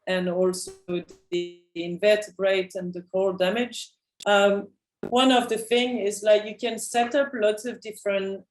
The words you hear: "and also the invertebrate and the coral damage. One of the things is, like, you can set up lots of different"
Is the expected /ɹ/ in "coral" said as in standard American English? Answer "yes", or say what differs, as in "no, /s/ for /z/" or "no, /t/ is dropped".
no, /ɹ/ is dropped